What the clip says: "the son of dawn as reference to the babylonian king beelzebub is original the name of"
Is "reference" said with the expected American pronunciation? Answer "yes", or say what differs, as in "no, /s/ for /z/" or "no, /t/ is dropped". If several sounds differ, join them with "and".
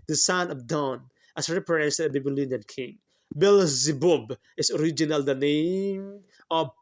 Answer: no, /p/ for /f/